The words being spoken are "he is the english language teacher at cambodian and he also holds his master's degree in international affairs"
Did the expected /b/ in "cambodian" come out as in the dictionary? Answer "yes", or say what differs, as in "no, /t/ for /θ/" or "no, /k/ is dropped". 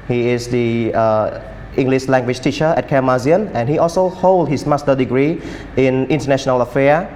no, /b/ is dropped